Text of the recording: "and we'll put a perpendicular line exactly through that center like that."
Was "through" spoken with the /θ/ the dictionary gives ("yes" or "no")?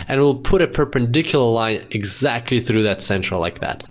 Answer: yes